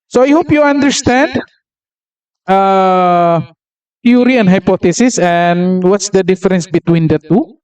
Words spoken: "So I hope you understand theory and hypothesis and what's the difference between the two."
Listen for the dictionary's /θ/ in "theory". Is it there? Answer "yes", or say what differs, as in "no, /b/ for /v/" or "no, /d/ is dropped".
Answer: no, /t/ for /θ/